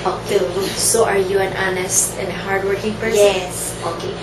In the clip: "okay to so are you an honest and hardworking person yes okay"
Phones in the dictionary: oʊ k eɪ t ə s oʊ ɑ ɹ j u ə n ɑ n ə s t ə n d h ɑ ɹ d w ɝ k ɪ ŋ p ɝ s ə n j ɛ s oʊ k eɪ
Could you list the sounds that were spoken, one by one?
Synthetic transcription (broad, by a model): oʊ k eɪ s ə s ɑ ɹ j u ə n ɑ n ə s t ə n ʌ h ɑ ɹ d w ɝ k ɪ ŋ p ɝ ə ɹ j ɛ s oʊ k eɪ